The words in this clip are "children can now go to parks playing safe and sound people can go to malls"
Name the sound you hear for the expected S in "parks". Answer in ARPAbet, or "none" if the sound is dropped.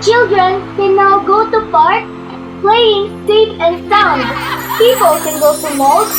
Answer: none